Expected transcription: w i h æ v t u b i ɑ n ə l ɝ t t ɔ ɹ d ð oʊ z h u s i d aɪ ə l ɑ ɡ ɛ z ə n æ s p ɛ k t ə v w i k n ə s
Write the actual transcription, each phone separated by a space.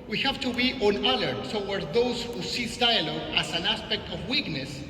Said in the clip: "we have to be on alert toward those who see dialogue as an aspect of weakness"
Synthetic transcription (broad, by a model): w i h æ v t u b i ɑ n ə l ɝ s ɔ w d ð oʊ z h u s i d aɪ ə l ɑ ɡ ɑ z ə n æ s p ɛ k t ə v w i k n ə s